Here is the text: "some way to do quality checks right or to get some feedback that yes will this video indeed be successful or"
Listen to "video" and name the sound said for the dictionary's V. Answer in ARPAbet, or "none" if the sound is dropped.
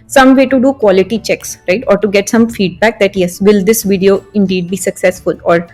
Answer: V